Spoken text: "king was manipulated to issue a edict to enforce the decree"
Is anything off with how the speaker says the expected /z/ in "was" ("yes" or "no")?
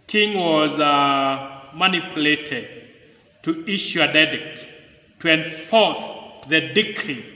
no